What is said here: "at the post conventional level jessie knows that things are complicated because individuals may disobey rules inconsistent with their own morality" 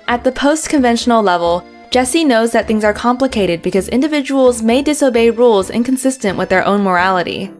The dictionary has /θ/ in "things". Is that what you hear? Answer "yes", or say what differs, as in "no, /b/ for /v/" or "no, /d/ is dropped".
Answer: yes